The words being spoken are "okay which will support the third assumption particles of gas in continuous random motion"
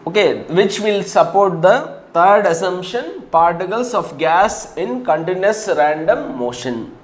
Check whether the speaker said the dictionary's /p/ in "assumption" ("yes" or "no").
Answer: no